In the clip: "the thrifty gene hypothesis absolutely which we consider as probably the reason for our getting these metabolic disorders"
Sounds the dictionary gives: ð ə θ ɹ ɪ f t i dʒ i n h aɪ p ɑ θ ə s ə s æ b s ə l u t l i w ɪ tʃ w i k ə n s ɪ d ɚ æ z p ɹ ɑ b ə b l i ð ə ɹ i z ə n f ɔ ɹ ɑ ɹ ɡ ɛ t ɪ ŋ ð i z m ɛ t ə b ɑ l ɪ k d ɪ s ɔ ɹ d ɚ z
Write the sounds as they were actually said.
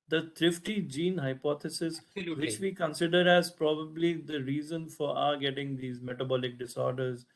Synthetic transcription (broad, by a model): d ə t ɹ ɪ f t i dʒ i n h aɪ p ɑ t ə s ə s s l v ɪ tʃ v i k ə n s ɪ d ɚ æ z p ɹ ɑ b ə b l i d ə ɹ i z ə n f ɔ ɹ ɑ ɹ ɡ ɛ t ɪ ŋ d i z m ɛ t ə b ɑ l ɪ k d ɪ s ɔ ɹ d ɚ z